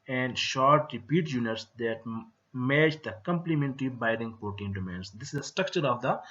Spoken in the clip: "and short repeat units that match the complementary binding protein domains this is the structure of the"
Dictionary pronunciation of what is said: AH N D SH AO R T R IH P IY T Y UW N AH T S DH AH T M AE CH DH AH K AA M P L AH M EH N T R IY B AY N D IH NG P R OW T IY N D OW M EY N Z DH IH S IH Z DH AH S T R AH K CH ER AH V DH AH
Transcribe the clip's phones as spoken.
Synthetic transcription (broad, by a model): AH N D SH AO R T R IH P IY T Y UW N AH T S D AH T M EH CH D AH K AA M P L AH M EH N T R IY B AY D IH NG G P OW T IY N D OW M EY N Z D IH S IH Z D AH S T R AH K CH ER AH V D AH